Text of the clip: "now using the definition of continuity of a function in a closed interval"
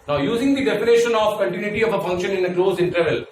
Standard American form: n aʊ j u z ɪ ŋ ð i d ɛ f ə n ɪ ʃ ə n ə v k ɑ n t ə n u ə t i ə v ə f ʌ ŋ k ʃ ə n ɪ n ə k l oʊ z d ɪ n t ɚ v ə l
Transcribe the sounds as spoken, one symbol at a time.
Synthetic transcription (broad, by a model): n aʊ j u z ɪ ŋ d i d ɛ p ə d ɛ ʃ ə n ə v k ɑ n t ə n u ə t i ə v ə f ʌ ŋ k ʃ ə n ɪ n ə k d oʊ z ɪ n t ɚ v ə l